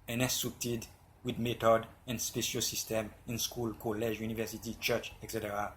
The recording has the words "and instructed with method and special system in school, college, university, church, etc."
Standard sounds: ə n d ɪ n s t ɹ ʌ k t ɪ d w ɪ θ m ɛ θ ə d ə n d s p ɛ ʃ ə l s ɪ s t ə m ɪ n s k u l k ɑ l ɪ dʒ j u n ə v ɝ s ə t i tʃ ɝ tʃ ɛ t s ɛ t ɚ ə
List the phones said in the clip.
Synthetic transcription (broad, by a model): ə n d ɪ s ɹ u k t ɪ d w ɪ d m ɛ t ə d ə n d s p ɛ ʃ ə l s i s t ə m ɪ n s k u l k ɑ l ɪ dʒ j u n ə v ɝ s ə t i tʃ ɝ tʃ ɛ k s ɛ t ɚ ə